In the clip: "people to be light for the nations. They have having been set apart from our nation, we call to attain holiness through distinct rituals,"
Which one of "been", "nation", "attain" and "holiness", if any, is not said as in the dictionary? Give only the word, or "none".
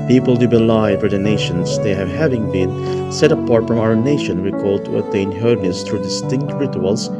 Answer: holiness